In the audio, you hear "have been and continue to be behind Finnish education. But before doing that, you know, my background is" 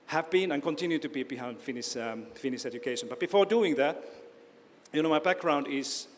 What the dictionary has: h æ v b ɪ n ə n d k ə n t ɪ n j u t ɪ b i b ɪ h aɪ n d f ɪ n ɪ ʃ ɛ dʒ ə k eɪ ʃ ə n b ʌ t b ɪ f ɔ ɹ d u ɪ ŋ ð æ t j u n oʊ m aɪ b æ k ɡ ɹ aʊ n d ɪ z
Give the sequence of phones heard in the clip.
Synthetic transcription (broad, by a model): h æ v b ɪ n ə n k ə n t ɪ n j u t ɪ b i b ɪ h aɪ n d f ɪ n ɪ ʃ ɛ dʒ ə k eɪ ʃ ə n b ʌ t b ɪ f ɔ ɹ d u ɪ ŋ ð æ t j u n oʊ m aɪ b æ k ɡ ɹ aʊ n d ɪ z